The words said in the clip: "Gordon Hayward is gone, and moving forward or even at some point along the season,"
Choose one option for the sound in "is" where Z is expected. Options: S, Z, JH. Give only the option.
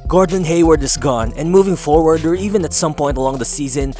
S